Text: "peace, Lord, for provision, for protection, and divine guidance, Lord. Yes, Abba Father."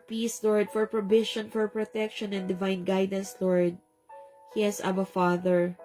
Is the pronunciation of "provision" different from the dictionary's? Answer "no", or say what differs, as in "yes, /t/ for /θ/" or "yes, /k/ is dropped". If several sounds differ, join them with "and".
yes, /b/ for /v/ and /ʃ/ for /ʒ/